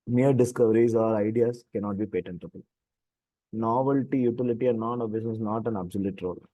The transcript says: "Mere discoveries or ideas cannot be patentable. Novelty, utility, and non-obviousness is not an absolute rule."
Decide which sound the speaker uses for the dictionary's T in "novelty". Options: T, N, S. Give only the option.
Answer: T